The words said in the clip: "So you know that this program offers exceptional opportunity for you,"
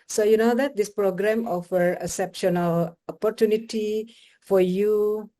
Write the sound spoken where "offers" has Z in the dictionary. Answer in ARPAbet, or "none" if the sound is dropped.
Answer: none